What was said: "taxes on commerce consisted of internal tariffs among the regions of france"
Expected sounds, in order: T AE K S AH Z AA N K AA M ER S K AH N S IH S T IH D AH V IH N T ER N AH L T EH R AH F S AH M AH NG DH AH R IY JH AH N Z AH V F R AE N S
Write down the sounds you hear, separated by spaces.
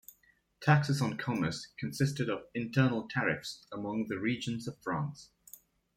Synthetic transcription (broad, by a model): T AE K S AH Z N K AA M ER S K AH N S IH S T IH D AH V IH N T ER N AH L T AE R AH F S AH M AH NG DH AH R IY JH AH N Z AH V F R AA N S